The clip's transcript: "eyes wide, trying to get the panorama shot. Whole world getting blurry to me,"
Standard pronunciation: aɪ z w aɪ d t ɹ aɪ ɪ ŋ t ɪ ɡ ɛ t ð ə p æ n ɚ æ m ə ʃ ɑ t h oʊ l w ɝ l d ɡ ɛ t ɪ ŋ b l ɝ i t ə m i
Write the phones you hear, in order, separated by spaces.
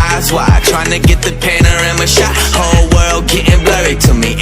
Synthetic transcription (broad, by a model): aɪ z w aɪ t ɹ aɪ ɪ ŋ t ɪ ɡ ɛ t ð ə p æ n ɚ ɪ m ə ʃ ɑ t h oʊ l w ɝ l d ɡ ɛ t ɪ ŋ b l ɝ i t ə m i